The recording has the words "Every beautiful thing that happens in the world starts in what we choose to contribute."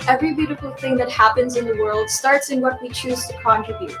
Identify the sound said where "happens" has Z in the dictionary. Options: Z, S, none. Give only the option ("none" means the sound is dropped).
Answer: Z